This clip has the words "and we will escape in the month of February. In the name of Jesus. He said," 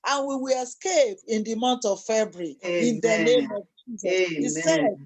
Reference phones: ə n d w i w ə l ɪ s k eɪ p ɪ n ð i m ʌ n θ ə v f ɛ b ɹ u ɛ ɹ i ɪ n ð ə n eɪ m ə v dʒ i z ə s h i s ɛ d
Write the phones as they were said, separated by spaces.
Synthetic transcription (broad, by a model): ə n w i w ə l ɪ s k eɪ p ɪ n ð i m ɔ n t ə v f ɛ b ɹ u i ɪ n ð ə n eɪ m ə v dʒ i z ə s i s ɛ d